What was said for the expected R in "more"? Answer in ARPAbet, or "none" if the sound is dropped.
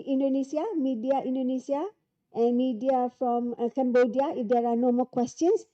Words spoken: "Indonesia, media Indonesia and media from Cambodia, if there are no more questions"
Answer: L